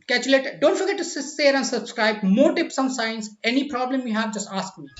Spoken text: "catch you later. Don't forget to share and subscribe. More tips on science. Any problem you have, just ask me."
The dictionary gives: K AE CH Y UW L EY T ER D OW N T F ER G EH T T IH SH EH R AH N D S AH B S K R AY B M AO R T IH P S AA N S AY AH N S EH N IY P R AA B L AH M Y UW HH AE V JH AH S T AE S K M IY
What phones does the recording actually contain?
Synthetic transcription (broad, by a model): K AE CH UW L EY T D OW N T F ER G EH T S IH S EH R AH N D S AH B S K R AY B M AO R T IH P S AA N S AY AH N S EH N IY P R AA B L AH M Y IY HH AE V JH AH S T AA S K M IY